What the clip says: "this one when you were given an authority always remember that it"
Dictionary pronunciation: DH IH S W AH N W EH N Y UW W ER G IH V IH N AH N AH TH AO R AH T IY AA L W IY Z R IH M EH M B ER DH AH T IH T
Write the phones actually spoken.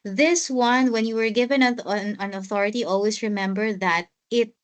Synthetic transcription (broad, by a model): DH IH S W AH N W EH N Y UW W ER G IH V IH N AH N AH TH AO R AH T IY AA L W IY S R IH M EH M B ER DH AH T IH T